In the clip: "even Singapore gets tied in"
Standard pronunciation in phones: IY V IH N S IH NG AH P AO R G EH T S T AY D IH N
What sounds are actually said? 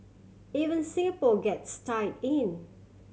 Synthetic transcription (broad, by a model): IY V IH N S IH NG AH P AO G EH T S T AY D IH N